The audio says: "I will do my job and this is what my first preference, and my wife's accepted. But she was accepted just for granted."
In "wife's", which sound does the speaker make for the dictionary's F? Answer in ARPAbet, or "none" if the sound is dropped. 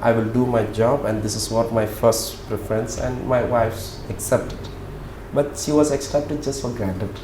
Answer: F